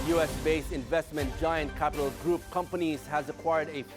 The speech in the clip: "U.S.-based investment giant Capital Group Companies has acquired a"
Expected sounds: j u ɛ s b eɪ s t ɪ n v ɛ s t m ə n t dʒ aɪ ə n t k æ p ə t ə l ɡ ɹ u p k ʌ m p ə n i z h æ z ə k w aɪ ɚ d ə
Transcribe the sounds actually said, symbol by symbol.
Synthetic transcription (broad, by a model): j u ɛ s b eɪ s ɪ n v ɛ s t m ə n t dʒ aɪ ə n t k æ p ə t ə l ɡ ɹ u p k ʌ m p ə n i z h æ z ə k w aɪ ɚ d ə